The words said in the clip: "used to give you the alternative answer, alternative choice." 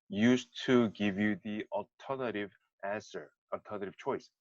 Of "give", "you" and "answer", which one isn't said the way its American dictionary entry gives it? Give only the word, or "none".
none